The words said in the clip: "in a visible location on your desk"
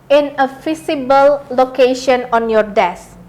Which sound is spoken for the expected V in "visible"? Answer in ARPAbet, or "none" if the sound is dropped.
F